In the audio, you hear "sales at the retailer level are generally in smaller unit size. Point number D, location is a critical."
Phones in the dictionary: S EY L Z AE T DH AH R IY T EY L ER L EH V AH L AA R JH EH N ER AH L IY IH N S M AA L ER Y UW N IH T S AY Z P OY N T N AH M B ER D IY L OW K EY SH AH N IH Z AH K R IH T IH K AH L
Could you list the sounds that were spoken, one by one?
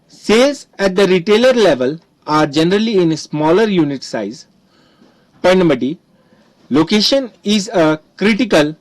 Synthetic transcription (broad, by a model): S EY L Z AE T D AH R IY T EY L ER L EH V AH L AA R JH EH N ER AH L IY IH N S M AA L ER Y UW N IH T S AY Z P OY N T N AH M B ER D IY L OW K EY SH AH N IH Z AH K R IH T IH K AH L